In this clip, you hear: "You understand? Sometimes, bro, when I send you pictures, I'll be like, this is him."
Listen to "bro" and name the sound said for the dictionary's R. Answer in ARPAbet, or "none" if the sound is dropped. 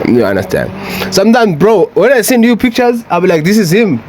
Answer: R